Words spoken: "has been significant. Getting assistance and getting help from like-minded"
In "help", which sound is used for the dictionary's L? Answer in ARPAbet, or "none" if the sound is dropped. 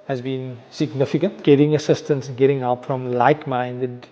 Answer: none